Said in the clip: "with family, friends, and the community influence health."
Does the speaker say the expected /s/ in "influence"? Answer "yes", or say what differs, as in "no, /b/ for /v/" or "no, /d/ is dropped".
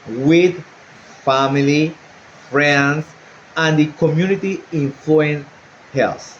no, /s/ is dropped